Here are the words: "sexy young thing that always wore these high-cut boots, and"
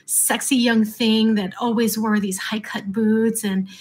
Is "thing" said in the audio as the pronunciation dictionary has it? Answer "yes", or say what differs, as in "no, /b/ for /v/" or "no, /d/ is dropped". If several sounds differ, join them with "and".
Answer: yes